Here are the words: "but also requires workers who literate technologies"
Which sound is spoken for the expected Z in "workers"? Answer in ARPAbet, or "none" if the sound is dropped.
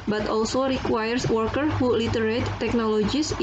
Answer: none